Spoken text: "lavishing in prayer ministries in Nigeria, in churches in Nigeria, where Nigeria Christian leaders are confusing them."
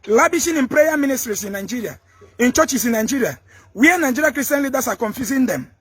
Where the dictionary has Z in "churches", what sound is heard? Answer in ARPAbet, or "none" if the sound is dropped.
S